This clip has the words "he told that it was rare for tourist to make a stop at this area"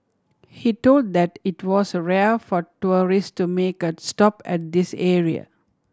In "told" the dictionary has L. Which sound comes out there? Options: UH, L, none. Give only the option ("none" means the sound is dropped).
L